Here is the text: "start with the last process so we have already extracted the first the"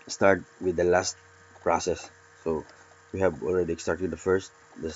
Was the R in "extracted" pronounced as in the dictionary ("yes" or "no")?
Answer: no